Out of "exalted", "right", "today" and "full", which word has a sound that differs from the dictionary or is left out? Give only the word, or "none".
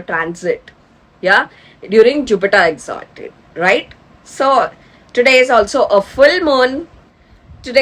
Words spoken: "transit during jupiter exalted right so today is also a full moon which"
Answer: exalted